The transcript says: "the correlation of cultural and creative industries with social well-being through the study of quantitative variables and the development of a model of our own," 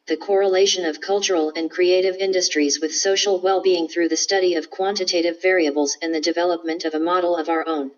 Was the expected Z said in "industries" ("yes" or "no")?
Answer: yes